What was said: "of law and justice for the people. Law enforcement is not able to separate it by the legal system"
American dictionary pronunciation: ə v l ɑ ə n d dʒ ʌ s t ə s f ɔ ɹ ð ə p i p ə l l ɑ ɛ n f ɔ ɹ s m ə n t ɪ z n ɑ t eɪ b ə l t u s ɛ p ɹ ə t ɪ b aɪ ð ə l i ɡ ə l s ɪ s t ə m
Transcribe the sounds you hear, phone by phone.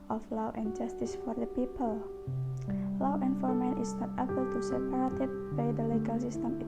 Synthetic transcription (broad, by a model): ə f l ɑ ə n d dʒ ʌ s t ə s f ɔ ɹ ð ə p i p ə l l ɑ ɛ n f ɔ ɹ m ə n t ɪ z n ɑ t eɪ b ə l t u s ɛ p ɹ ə t ɪ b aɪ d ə l i ɡ ə l s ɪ s t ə m